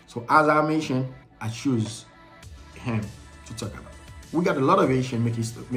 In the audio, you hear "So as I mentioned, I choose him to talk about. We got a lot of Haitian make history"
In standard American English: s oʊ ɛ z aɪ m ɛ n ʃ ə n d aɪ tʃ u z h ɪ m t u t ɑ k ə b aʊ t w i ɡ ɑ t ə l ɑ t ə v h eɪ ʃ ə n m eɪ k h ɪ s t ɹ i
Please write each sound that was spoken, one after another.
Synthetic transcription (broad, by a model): s oʊ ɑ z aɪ m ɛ ʃ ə n aɪ tʃ u z h ɪ m t u t ɑ k ə b aʊ t w i ɡ ɑ t ə l ɑ t ə v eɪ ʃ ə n m eɪ k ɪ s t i